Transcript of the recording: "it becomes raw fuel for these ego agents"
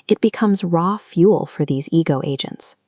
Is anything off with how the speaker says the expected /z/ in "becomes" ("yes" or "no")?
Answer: no